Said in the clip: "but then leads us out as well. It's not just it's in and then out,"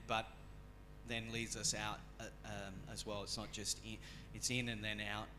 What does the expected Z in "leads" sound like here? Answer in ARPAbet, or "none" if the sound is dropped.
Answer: Z